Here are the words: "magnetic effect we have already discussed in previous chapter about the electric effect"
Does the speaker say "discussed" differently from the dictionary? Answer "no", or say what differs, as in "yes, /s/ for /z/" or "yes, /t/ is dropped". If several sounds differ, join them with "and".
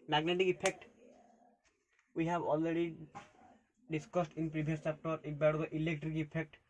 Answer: no